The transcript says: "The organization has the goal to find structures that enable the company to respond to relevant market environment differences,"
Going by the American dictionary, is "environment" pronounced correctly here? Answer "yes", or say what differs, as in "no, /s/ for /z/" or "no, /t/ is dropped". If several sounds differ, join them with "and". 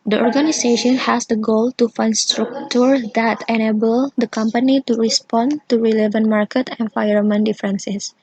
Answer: no, /f/ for /v/ and /ɹ/ is dropped